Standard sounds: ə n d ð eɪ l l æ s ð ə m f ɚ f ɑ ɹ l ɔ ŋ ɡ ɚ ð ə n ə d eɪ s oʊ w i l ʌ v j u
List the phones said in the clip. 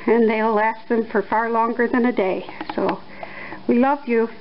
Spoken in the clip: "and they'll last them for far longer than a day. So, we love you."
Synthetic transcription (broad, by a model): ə n ð eɪ w l æ s ð ə m f ɚ f ɑ ɹ l ɔ ŋ ɡ ɚ ð ə n ə d eɪ s oʊ w i l ʌ v j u